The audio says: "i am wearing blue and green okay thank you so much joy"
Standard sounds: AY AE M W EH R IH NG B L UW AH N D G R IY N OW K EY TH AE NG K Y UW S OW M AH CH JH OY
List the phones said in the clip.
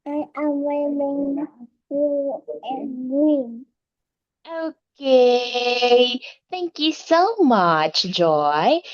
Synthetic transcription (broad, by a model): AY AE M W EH L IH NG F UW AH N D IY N OW K EY TH AE NG K Y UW S OW M AH CH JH OY